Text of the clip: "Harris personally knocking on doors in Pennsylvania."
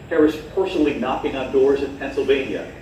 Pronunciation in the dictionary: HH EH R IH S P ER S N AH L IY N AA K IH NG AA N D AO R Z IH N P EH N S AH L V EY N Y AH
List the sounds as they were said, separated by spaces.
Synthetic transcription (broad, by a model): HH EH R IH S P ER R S L IY N AA K IH NG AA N D AO R Z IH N P EH N S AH L V EY N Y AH